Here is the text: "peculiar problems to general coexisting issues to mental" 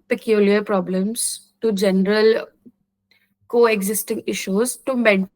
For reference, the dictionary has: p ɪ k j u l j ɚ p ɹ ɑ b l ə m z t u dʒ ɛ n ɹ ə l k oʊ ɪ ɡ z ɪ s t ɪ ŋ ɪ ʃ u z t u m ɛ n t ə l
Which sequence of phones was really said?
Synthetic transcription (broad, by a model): p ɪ k j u l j ɚ p ɹ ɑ b l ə m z t u dʒ ɛ n ɹ ə l k oʊ ɪ ɡ z ɪ s t ɪ ŋ ɪ ʃ u z t u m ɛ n